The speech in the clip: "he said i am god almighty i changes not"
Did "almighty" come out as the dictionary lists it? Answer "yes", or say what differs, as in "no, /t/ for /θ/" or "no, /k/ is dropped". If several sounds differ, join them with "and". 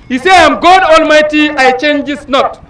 yes